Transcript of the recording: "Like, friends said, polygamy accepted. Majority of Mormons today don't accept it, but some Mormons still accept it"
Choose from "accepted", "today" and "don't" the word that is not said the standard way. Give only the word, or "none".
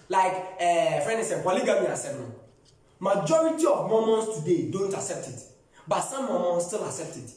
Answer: accepted